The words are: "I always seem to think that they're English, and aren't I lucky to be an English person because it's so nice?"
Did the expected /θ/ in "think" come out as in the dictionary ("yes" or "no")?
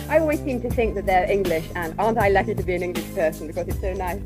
yes